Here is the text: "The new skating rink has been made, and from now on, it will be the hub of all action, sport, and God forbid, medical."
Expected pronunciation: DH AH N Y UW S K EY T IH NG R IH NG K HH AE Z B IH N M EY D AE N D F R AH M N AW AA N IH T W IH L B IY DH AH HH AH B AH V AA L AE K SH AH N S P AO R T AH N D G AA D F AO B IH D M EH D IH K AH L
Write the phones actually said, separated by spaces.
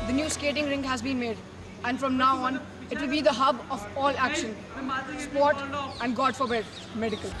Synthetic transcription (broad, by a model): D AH N Y UW S K EY T IH NG R IH NG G HH AE Z B IH N M EY D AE N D F R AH M N AW AA N IH T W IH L B IY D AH HH AH B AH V AA L AE K SH AH N S P AO R T AH N D G AA D F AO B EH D M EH D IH K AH L